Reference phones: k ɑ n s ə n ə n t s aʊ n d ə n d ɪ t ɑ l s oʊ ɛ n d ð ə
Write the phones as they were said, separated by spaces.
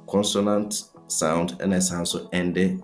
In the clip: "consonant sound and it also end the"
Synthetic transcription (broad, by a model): k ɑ n s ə n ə n t s aʊ n d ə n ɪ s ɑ n s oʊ ɛ n d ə